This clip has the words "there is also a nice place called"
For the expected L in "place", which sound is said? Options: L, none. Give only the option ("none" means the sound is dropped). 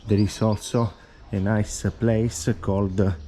L